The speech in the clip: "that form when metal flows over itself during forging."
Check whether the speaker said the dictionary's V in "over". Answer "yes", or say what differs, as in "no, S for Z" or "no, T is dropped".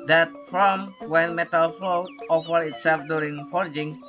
no, F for V